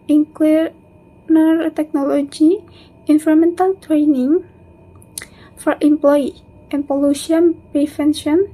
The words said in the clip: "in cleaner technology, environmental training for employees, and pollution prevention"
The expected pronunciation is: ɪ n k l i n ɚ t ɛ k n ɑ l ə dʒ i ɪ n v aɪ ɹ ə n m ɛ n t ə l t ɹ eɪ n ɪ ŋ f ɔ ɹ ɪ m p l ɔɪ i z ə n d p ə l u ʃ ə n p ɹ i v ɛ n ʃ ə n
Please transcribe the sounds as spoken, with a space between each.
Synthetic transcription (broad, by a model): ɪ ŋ k w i n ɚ t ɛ k n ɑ l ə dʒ i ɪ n f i ɹ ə m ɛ n t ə l t ɹ eɪ n ɪ ŋ f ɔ ɹ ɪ m p l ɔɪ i ə n p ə l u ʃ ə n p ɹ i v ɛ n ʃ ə n